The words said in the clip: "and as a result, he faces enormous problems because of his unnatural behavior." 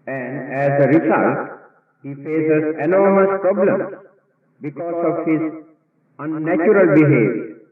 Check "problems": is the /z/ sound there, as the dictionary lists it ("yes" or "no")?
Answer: no